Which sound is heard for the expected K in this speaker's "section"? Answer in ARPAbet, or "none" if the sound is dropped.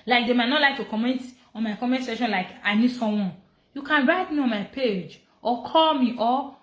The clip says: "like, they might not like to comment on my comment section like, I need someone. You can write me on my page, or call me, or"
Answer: none